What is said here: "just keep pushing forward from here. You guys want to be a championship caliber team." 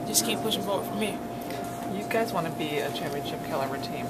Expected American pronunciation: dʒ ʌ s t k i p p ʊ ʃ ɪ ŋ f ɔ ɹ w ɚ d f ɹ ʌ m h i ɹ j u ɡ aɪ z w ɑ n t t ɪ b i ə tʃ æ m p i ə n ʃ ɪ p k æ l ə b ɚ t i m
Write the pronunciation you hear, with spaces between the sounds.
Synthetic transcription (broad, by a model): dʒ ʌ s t k i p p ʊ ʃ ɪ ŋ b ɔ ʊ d f ɹ ʌ m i j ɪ ɡ aɪ z w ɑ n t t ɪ b i ə tʃ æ m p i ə n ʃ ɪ p k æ l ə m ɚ t i m